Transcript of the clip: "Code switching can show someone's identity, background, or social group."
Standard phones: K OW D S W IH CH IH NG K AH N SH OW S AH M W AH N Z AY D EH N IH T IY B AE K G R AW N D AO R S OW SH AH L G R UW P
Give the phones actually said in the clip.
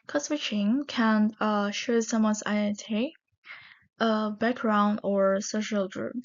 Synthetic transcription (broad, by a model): K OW S W IH CH IH NG K AH N SH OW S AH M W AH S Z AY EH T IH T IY B AE K G R AW N D AO R S OW SH AH L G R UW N